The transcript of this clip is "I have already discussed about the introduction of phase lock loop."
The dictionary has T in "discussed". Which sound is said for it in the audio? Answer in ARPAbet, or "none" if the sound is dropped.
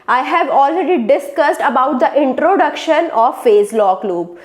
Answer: T